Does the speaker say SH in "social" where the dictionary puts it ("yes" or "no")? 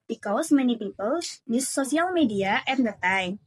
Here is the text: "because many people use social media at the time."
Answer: no